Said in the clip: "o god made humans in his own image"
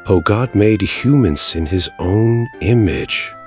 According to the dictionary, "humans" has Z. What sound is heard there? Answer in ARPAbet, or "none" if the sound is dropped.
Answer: S